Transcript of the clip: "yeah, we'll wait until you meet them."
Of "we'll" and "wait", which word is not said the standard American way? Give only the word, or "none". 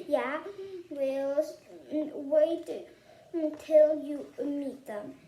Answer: none